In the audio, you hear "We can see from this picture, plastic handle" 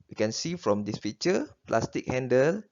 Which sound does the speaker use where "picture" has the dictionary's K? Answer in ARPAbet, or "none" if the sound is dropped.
none